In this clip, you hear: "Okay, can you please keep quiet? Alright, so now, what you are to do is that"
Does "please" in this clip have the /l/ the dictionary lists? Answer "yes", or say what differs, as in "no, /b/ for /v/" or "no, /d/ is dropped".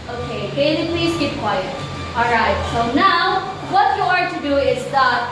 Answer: yes